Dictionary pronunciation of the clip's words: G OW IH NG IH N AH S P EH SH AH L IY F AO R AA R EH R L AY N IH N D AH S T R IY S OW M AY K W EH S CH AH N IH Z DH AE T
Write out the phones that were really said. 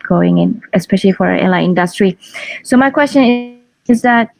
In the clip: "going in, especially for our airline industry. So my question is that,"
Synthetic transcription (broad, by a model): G OW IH NG IH N AH S P EH SH AH L IY F AO R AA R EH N L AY IH N D AH S T R IY S OW M AY K W EH S CH AH N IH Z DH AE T